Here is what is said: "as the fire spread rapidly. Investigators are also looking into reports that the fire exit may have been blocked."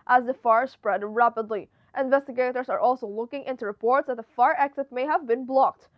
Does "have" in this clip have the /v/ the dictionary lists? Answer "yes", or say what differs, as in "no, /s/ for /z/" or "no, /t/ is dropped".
yes